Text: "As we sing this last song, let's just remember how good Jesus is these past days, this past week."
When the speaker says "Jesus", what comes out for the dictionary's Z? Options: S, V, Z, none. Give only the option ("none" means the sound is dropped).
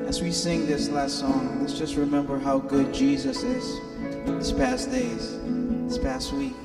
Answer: Z